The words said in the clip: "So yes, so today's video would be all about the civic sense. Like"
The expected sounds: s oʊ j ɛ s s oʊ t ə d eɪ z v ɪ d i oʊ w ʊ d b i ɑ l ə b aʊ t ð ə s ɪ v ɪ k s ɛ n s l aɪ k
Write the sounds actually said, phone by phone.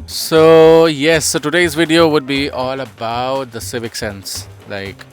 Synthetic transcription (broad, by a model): s oʊ j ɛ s s oʊ t ə d eɪ z v ɪ d i oʊ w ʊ d b i ɑ l ə b aʊ t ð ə s ɪ v ɪ k s ɛ n s l aɪ k